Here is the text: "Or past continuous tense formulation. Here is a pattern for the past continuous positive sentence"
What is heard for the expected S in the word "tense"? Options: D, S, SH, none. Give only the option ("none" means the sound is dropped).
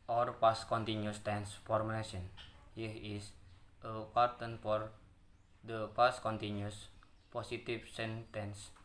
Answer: S